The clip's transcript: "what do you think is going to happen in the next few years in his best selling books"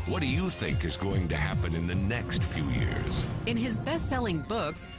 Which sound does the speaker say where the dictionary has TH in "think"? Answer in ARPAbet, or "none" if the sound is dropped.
TH